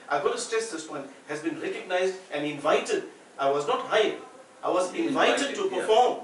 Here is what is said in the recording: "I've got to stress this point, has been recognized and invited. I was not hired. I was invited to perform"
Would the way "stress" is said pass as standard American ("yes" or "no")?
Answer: no